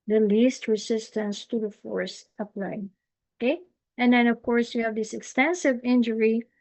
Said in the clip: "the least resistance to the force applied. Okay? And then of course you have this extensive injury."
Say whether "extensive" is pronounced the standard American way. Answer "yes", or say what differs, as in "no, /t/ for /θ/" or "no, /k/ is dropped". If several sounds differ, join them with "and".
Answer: yes